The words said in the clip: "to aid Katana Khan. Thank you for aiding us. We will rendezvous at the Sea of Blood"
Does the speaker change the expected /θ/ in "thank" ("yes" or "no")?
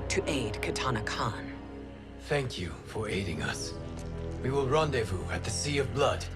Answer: no